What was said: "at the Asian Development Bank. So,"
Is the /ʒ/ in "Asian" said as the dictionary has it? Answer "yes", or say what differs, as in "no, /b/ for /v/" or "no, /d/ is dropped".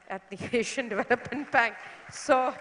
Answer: no, /ʃ/ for /ʒ/